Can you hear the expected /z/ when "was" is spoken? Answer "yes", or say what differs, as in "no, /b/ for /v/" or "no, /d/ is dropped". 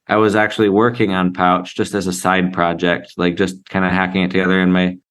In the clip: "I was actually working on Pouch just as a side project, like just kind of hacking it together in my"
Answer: yes